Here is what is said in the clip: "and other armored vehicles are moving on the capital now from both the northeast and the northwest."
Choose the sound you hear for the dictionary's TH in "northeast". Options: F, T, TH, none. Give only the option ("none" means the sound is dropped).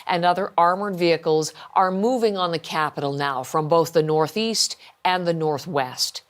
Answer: TH